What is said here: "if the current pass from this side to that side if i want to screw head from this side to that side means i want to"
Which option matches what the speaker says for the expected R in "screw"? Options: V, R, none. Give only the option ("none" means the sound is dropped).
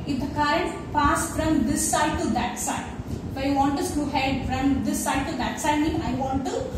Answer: none